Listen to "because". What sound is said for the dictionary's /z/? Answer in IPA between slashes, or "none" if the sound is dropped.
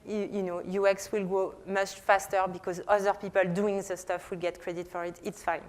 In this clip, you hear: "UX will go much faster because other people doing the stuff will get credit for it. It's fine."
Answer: /z/